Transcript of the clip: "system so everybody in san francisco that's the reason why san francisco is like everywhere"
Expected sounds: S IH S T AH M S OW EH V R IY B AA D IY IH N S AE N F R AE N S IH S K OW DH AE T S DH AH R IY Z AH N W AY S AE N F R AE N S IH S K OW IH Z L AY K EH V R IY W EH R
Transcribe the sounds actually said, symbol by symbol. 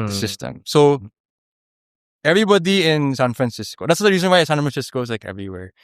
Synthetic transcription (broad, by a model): S IH S T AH M S OW EH V R IY B AA D IY IH N S AE N F R AE N S IH S K OW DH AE T S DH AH R IY Z AH N W AY S AE N F R AE N S IH S K OW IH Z L AY K EH V R IY W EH R